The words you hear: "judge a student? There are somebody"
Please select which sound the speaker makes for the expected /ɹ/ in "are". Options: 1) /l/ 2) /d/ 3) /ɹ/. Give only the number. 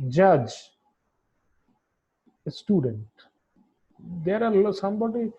1